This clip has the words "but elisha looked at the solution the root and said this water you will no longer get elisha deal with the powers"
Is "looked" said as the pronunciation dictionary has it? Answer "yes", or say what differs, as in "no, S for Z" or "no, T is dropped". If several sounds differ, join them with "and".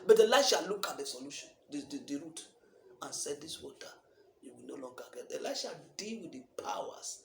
no, T is dropped